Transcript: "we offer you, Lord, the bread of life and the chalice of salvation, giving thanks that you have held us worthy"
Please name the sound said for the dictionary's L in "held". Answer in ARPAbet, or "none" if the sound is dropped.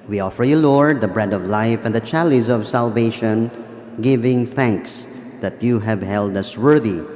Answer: L